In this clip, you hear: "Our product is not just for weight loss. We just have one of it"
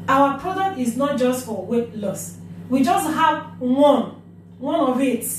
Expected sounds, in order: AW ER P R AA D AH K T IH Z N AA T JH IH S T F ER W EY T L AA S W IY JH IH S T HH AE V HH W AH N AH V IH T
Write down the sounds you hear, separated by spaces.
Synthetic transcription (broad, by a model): AW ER P R AA D AH K T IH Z N AA T JH IH S T F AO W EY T L AA S W IY JH IH S T HH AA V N W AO N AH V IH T